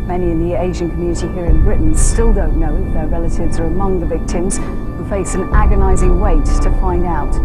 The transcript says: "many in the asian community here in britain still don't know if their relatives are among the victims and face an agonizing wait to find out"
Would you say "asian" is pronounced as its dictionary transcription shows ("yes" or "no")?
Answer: yes